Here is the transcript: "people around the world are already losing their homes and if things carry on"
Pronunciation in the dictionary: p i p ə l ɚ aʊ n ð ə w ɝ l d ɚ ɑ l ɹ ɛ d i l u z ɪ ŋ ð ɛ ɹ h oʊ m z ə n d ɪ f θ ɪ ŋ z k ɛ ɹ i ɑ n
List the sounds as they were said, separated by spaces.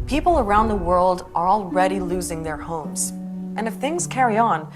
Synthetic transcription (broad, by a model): p i p l ɚ aʊ n ð ə w ɝ l d ɚ ɑ l ɹ ɛ d i l u z ɪ ŋ ð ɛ ɹ h oʊ m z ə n ɪ f θ ɪ ŋ z k ɛ ɹ i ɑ n